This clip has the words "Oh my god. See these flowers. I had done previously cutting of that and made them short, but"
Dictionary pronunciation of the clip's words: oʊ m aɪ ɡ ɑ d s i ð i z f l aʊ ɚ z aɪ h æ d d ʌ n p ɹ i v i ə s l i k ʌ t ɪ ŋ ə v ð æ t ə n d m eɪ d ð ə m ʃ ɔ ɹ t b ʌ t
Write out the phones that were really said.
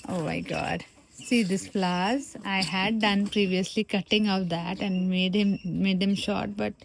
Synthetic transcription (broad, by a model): oʊ m aɪ ɡ ɑ d s i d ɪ s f l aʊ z aɪ h æ d d ʌ n p ɹ i v i ə s l i k ʌ t ɪ ŋ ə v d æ t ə n d m eɪ d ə m ʃ ɔ ɹ t b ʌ t